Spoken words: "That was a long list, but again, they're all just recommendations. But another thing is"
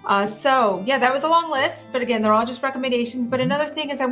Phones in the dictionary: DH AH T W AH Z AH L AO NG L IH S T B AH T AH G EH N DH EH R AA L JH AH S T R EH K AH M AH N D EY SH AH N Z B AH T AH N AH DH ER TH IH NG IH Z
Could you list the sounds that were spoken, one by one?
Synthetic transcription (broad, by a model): DH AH T W AH Z AH L AO NG L IH S T B AH T AH G EH N DH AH R AA L JH AH S T R EH K AH M AH N D EY SH AH N Z B AH T AH N AH DH ER TH IH NG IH Z